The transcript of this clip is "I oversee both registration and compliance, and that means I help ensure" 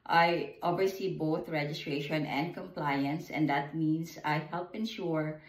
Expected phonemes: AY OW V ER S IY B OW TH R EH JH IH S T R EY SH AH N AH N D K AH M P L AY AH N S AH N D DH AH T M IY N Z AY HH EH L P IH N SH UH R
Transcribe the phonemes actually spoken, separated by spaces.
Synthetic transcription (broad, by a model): AY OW B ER S IY B OW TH R EH JH IH S T R EY SH AH N AH N D K AH M P L AY AH N S AH N D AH T M IY N S AY HH EH L P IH N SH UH R